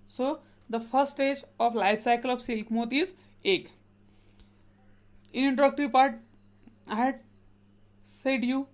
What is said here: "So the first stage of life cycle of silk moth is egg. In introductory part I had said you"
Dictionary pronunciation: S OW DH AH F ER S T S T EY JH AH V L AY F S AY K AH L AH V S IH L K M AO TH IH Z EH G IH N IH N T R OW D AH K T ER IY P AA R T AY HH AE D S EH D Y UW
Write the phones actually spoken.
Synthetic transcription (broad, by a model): S OW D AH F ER T S T EY JH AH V L AY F S AY K AH L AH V S IH L K M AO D IH Z EH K IH N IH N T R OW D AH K T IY P AA R T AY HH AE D S EH D Y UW